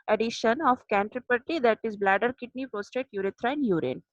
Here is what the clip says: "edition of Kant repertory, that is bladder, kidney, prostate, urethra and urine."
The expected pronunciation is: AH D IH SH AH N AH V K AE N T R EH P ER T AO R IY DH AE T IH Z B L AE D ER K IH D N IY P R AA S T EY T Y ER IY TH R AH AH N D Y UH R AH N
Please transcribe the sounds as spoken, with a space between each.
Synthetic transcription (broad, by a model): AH D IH SH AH N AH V K AE N T R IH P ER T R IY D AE T IH Z B L AE D ER K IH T N IY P AA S T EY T Y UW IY T R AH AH N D Y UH R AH N